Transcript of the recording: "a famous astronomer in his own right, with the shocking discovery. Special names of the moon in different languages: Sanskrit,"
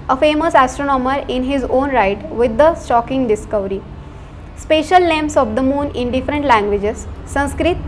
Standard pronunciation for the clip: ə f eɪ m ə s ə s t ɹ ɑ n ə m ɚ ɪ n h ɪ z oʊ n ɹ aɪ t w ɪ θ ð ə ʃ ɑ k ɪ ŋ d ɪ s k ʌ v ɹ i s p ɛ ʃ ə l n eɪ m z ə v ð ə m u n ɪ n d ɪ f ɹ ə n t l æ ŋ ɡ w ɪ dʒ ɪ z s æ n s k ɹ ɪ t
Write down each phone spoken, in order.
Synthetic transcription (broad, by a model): ə f eɪ m ə s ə s t ɹ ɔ n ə m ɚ ɪ n h ɪ z oʊ n ɹ aɪ t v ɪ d ə s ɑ k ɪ ŋ d ɪ s k ʌ v ɹ i s p ɛ ʃ ə l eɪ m s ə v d ə m u n ɪ n d ɪ f ɹ ə n t l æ ŋ ɡ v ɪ dʒ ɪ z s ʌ n s k ɹ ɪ t